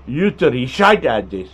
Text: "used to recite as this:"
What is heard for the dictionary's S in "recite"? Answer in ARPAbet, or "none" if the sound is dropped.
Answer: SH